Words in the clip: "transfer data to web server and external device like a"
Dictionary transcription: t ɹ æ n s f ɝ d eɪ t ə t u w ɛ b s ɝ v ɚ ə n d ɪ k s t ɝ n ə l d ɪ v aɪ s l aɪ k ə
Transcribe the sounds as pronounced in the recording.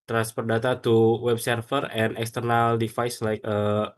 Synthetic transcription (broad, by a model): t ɹ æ n s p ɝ d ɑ t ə t u w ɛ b s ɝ f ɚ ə n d ɪ k s t ɝ n ə l d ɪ f aɪ s l aɪ k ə